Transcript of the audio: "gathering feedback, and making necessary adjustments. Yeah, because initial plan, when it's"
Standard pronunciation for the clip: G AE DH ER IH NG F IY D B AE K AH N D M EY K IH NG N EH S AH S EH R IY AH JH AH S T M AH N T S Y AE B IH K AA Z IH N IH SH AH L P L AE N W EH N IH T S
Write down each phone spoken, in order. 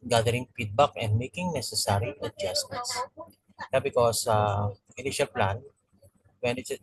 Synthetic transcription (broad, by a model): G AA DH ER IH NG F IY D B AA K AH N D M EY K IH NG N EH S AH S EH R IY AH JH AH S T AH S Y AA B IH K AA S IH N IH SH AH L P L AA N W EH N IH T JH